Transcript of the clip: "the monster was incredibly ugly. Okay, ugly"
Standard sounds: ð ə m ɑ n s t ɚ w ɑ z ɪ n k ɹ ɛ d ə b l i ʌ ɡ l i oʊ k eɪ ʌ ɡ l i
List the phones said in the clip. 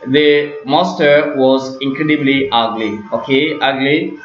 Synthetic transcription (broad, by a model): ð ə m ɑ s t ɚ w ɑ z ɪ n k ɹ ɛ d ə b l i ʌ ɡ l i oʊ k eɪ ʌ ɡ l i